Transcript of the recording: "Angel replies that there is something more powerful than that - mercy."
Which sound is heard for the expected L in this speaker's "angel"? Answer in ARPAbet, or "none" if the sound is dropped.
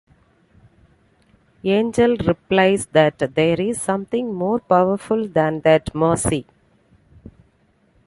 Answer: L